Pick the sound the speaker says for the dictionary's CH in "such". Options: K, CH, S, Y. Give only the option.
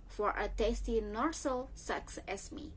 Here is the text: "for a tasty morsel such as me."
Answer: S